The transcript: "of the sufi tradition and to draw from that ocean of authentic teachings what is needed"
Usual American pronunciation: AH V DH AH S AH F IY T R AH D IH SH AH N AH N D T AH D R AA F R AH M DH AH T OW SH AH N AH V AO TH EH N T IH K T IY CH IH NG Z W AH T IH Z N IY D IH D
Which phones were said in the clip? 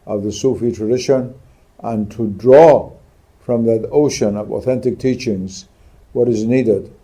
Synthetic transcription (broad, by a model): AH V DH AH S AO F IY T R AH D IH SH AH N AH N T AH D R AA F R AH M DH AH T OW SH AH N AH V AO TH EH N T IH K T IY CH IH NG Z W AH T IH Z N IY D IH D